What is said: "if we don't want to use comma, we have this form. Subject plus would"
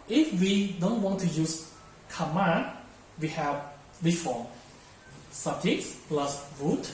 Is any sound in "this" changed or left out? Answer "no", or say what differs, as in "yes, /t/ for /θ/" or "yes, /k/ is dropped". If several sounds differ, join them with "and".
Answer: yes, /s/ is dropped